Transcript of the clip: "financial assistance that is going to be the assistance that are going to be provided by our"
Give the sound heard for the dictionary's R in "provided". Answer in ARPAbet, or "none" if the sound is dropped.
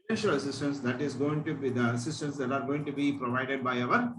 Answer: R